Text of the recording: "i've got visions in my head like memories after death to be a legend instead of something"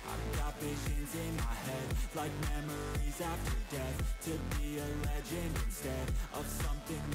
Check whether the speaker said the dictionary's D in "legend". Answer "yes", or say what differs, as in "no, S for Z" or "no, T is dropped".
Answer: no, D is dropped